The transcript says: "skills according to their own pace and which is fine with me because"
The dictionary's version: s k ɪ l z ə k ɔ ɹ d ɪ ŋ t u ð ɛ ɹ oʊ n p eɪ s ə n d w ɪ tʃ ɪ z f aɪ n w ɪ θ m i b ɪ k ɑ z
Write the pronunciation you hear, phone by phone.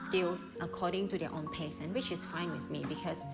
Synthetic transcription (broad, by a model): s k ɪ l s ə k ɔ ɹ d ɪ ŋ t u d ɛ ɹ oʊ n p eɪ s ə n w ɪ tʃ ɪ s f aɪ n w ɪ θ m i b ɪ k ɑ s